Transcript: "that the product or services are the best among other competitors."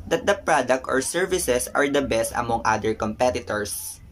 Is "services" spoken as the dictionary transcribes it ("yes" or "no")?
no